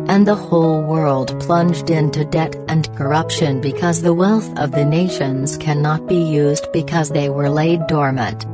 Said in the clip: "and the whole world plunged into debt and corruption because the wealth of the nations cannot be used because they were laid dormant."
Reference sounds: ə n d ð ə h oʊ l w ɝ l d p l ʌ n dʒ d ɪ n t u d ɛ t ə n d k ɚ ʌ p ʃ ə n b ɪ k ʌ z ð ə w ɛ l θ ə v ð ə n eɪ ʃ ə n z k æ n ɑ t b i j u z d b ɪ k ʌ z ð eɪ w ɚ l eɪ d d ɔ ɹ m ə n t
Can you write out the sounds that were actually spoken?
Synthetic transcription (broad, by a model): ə n ð ə h oʊ l w ɝ l d p l ʌ n dʒ d ɪ n t u d ɛ t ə n k ɚ ʌ p ʃ ə n b ɪ k ʌ z ð ə w ɛ l θ ə v ð ə n eɪ ʃ ə n z k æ n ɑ t b i j u z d b ɪ k ʌ z ð eɪ w ɚ l eɪ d d ɔ ɹ m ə n t